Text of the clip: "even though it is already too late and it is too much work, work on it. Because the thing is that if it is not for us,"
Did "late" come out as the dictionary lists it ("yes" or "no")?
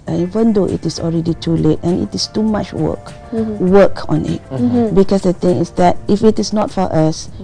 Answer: yes